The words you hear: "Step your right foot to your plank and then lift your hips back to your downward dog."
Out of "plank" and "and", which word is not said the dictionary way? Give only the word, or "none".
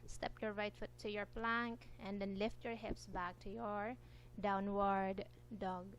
none